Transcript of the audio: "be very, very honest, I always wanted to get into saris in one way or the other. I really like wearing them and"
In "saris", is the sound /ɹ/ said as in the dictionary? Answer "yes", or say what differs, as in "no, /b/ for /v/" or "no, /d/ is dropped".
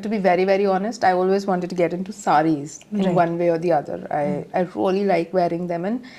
yes